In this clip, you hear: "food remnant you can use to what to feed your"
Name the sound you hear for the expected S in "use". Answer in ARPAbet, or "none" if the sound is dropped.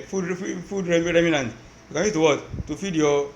none